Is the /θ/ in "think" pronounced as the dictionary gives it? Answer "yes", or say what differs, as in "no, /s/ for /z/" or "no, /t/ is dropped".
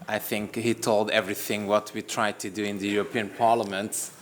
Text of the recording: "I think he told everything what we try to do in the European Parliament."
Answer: yes